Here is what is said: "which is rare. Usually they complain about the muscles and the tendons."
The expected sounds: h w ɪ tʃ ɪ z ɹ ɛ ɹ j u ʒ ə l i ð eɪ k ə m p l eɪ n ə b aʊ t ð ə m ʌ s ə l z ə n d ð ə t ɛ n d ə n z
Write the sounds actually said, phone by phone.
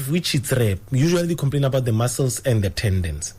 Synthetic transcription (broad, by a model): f w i tʃ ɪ s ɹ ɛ j u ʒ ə i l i k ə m p l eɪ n ə b aʊ t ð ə m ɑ s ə l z ə n d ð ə t ɛ n d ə n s